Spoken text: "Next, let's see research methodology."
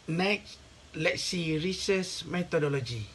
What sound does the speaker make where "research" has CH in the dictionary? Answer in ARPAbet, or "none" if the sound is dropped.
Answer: S